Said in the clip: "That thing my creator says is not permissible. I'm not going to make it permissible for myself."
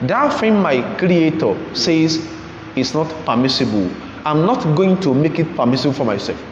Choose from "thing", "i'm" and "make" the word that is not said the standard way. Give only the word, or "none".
thing